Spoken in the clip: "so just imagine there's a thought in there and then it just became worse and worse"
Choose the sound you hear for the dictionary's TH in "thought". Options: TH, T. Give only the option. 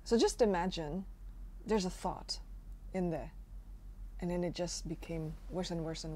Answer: TH